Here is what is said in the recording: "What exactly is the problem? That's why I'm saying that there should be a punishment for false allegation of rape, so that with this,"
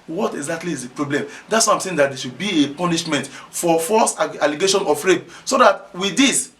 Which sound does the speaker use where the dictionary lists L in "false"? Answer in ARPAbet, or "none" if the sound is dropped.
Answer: none